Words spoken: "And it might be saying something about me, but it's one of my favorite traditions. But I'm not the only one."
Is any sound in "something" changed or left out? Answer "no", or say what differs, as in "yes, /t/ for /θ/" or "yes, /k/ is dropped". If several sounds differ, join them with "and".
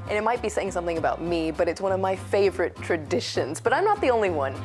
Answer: no